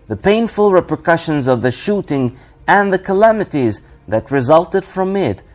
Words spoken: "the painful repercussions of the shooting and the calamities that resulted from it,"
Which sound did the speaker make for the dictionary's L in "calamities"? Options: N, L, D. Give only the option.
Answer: L